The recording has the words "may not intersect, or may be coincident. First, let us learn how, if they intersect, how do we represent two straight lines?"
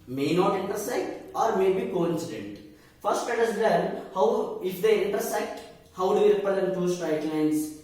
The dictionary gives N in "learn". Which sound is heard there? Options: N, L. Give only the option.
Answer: L